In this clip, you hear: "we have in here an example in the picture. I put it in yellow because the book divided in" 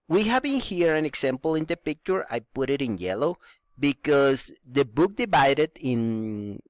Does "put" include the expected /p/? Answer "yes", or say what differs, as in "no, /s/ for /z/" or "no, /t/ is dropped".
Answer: yes